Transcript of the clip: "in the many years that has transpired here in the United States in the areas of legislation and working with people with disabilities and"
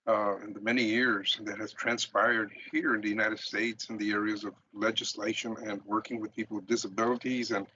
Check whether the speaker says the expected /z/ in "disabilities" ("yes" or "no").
yes